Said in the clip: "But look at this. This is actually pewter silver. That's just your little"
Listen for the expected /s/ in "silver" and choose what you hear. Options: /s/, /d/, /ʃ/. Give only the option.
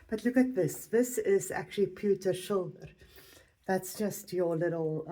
/ʃ/